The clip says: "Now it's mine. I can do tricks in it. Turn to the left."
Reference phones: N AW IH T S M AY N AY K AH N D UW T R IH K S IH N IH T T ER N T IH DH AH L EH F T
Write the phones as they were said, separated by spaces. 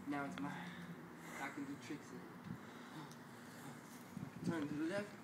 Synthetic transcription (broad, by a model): N AW IH T S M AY AY K AH N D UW T R IH K S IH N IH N T ER N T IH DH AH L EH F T